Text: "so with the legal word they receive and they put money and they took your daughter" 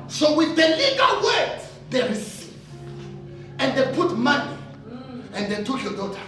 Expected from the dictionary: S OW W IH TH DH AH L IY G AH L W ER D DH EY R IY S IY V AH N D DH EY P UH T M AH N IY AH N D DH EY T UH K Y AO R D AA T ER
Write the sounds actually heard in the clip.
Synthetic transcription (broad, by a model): S OW W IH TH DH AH L IY G AH L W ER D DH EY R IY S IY AH N D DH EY P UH T M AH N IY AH N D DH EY T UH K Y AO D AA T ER